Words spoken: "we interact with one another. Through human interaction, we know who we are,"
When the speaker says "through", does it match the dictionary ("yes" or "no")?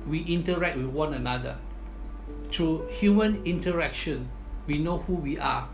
no